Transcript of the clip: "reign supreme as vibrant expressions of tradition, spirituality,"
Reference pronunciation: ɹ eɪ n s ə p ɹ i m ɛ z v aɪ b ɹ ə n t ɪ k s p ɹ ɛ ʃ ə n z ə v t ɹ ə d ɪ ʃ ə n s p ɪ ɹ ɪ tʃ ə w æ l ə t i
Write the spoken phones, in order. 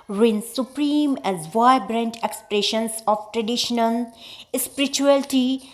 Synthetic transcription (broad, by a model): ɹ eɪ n s ə p ɹ i m ɛ z v aɪ b ɹ ə n t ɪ k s p ɹ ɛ ʃ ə n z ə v t ɹ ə d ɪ ʃ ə n s p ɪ ɹ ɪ tʃ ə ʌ l t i